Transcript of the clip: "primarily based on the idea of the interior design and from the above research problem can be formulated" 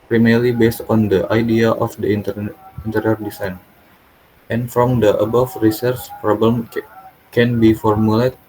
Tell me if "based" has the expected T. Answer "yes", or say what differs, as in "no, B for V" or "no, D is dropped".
yes